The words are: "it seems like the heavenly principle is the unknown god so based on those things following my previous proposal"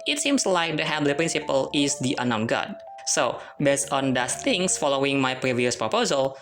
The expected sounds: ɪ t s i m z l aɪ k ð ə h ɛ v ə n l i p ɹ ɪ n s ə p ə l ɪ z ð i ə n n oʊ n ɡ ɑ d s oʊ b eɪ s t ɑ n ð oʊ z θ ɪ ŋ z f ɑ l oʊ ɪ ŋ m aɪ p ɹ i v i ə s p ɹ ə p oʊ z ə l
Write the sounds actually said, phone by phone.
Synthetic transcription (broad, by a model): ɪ t s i m s l aɪ k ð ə h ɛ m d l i p ɹ ɪ n s ə p ə l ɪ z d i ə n n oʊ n ɡ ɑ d s oʊ b eɪ s t ɑ n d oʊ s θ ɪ ŋ s f ɑ l oʊ ɪ ŋ m aɪ p ɹ i v i ə s p ɹ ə p oʊ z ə l